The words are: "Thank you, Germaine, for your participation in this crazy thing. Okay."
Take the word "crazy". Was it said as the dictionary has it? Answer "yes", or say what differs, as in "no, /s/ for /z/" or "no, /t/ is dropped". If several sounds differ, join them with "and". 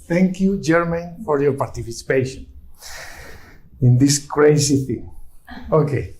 no, /s/ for /z/